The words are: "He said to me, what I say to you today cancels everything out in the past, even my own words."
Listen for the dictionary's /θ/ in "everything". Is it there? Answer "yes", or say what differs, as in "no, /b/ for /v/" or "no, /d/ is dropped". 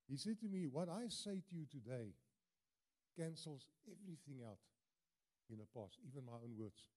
yes